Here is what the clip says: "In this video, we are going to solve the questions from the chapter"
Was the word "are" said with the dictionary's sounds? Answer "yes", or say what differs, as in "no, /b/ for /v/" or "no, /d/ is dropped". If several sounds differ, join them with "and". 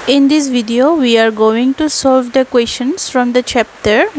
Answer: yes